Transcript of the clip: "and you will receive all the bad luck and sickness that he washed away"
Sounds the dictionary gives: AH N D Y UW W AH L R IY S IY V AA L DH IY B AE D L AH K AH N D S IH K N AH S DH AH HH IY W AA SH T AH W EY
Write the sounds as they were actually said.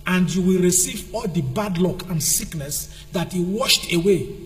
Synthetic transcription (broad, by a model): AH N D Y UW W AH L R IY S IY V AA L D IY B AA D L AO K AH N D S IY K N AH S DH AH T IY W AA SH T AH W EY